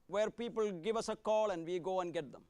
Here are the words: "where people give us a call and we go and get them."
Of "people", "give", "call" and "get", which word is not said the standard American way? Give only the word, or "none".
none